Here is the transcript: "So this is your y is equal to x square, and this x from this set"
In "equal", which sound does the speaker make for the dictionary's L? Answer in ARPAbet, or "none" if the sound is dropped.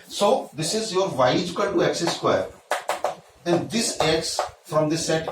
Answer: N